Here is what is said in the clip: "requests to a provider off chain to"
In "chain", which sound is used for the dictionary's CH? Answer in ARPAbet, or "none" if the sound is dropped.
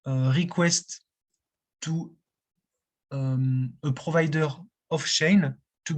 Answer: SH